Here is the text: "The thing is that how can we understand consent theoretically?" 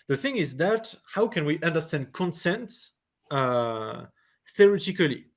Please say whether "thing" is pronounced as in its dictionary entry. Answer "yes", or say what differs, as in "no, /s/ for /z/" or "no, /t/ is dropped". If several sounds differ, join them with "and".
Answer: yes